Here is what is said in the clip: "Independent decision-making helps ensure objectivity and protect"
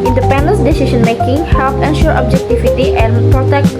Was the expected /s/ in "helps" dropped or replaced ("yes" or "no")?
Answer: yes